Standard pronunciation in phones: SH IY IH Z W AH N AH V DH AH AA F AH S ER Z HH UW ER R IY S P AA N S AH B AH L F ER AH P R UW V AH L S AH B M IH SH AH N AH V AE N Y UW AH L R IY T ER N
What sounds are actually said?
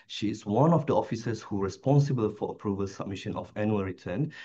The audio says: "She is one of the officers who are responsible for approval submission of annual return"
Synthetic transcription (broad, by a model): SH IY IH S W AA N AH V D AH AA F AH S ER S HH UW R IY S P AA N S AH B AH L F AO AH P R UW V AH L S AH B M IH SH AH N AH F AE N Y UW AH L R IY T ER N